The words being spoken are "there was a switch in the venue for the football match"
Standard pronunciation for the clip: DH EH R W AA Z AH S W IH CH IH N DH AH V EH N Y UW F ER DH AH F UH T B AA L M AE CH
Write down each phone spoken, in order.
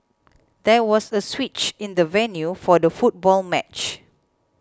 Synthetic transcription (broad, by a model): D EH W AA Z AH S W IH CH IH N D AH V EH N Y UW F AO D AH F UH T B AA L M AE CH